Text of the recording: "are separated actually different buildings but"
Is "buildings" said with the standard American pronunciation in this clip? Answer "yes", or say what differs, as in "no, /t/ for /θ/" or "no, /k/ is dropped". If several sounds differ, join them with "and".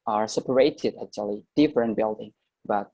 no, /z/ is dropped